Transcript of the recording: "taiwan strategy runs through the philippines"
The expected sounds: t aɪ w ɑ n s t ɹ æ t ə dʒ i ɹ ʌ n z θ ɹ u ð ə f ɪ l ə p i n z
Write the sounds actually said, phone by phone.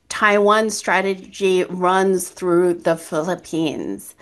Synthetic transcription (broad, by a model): t aɪ w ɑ n s t ɹ æ t ə dʒ i ɹ ʌ n z θ ɹ u ð ə f ɪ l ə p i n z